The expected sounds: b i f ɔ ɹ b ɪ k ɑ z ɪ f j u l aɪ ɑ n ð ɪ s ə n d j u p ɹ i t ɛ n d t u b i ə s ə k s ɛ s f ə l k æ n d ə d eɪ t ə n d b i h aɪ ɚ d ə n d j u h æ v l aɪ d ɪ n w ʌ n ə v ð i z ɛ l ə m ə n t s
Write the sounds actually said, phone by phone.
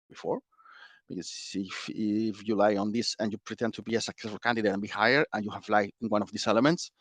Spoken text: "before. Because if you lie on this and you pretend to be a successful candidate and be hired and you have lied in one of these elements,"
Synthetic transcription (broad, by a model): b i f ɔ ɹ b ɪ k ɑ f ɪ f j u l aɪ ɑ n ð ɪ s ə n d j u p ɹ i t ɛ n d t u b i ə s ə k s ɛ s f ə l k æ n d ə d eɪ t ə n b i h aɪ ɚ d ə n j u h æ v l aɪ ɪ n w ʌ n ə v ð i s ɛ l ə m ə n t s